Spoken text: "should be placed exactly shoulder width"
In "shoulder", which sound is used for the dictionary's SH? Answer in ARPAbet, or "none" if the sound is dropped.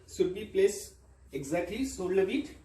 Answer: S